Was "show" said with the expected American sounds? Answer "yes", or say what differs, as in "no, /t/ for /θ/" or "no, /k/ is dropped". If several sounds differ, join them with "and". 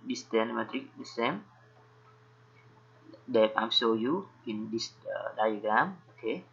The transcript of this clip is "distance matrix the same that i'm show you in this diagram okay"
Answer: no, /s/ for /ʃ/